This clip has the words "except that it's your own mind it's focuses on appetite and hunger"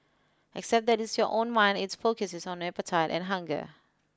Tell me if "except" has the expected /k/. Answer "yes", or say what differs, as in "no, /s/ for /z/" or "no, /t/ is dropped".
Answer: yes